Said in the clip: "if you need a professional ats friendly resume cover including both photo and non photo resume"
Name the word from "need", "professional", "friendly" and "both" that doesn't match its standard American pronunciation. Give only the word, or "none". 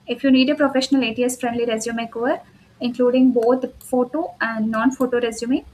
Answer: both